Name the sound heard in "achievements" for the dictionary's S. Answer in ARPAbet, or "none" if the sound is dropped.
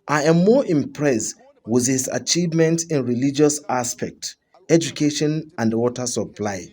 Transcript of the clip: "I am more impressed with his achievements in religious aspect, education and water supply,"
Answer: none